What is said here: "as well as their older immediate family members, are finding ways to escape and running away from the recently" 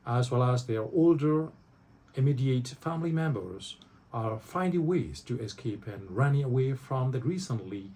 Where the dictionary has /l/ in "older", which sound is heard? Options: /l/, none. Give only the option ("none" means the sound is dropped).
/l/